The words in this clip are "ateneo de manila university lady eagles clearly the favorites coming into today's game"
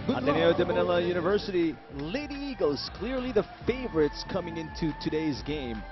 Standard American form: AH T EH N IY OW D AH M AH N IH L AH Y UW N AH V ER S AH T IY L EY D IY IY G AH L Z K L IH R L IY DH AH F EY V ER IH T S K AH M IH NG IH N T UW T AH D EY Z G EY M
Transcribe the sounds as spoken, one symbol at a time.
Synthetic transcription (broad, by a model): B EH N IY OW D AH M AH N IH L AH Y UW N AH V ER S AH T IY L EY D IY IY G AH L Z K L IH R L IY DH AH F EY V ER IH T S K AH M IH NG IH N T UW T AH D EY Z G EY M